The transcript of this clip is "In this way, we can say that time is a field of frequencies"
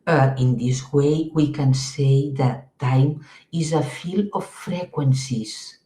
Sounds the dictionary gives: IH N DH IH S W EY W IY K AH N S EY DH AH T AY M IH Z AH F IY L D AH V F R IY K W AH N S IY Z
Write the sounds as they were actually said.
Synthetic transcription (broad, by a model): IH N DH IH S W EY W IY K AH N S EY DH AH T AY M IH Z AH F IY L AH F R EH K W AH N S IY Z